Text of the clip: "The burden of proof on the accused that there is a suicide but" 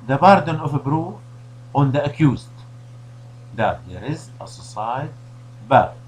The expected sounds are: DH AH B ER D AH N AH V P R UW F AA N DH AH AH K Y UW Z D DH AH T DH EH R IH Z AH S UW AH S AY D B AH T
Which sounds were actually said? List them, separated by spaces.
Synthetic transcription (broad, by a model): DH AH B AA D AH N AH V B R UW AA N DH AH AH K Y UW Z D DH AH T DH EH R IH Z AH S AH S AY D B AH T